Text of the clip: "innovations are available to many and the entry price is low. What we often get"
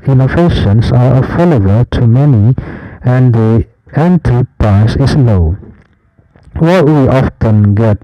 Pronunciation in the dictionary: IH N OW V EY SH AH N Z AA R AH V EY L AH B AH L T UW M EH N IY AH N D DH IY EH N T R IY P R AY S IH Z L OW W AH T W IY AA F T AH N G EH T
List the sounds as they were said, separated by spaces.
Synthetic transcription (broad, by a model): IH N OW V EY SH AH N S AA R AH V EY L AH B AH L T UW M EH N IY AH N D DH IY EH N T IY P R AY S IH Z L OW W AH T W IY AA F T AH N G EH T